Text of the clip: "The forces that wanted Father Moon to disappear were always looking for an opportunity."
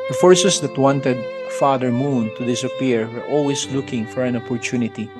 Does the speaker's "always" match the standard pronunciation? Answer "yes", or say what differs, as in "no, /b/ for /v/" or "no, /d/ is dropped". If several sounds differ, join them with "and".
no, /s/ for /z/